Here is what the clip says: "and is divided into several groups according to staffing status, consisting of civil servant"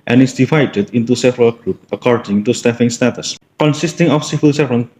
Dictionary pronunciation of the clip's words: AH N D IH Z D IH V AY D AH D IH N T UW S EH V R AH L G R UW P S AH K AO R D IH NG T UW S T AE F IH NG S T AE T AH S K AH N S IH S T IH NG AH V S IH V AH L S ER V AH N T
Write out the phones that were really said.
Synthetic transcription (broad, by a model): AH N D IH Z D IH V AY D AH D IH N T UW S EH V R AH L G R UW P AH K AO R D IH NG T UW S T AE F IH NG S T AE T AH S K AH N S IH S T IH NG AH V S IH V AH L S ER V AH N